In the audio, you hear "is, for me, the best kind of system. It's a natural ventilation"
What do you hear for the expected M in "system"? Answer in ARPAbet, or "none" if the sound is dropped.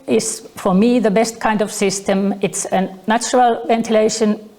M